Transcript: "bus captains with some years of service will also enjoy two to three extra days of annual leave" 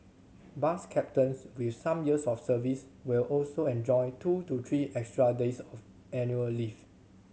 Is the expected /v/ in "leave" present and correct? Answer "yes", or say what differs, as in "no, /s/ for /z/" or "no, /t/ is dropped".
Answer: no, /f/ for /v/